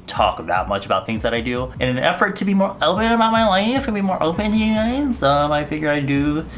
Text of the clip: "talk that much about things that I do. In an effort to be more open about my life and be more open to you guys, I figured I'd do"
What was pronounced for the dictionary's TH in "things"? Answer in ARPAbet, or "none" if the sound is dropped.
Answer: TH